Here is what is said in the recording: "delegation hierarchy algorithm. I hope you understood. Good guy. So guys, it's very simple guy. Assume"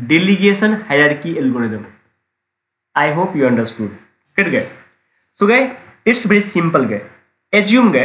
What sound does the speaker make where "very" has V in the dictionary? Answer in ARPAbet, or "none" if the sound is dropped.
B